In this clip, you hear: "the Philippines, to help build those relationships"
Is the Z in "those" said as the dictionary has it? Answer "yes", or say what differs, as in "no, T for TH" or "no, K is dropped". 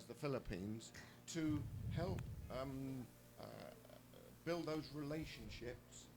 yes